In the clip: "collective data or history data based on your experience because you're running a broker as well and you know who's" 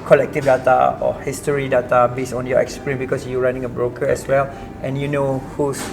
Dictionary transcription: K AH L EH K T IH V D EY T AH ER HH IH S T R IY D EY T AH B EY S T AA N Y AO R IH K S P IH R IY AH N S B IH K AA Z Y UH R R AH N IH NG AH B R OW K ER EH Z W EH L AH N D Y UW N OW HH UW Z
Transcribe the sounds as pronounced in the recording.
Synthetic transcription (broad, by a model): K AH L EH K T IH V D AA T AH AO HH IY S T R IY D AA T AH B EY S AA N Y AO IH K S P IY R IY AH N B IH K AA S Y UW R R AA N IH NG AH B R OW K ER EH S W EH L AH N Y UW N OW HH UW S